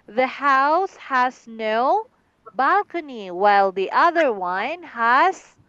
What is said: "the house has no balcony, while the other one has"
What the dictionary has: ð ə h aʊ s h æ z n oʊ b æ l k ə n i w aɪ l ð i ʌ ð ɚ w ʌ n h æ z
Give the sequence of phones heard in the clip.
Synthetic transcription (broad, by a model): ð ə h aʊ s h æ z n oʊ b æ l k ə n i w aɪ l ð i ʌ ð ɚ w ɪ n h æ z